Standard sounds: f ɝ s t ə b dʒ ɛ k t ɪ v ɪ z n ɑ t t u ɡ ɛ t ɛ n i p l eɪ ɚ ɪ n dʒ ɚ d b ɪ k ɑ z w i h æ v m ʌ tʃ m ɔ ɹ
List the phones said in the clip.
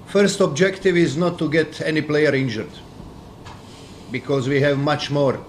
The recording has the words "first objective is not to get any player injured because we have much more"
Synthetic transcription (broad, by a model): f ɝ s t ə b dʒ ɛ k t ɪ v ɪ z n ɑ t t u ɡ ɛ t ɛ n i p l eɪ ɚ ɪ n dʒ ɚ d b ɪ k ɑ z w i h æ v m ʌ tʃ m ɔ ɹ